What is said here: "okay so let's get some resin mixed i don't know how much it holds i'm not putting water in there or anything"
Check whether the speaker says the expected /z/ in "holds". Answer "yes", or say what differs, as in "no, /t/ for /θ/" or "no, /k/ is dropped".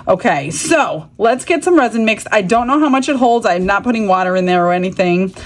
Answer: yes